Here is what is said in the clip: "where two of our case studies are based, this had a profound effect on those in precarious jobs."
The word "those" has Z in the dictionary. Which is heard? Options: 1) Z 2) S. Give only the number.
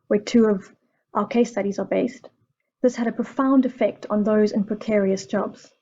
1